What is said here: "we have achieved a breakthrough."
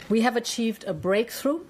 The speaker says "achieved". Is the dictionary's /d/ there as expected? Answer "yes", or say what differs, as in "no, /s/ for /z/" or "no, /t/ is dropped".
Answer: yes